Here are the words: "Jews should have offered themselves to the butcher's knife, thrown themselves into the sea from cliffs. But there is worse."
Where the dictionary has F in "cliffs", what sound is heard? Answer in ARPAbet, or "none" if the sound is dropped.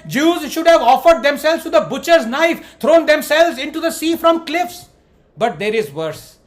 F